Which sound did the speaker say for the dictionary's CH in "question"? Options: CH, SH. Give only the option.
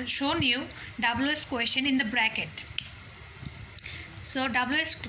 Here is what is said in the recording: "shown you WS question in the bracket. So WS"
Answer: SH